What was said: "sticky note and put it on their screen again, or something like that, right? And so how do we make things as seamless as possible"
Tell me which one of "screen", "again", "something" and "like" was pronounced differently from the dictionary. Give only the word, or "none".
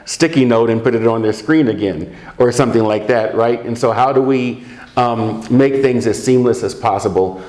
none